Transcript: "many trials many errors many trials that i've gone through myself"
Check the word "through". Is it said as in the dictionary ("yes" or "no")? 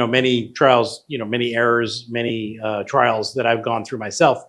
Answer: yes